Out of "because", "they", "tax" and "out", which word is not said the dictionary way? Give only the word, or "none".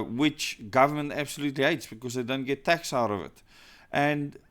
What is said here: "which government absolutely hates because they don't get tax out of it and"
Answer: none